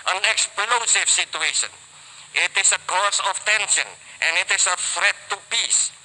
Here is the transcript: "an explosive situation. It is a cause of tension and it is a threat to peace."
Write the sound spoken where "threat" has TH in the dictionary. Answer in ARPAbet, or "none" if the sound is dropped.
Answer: F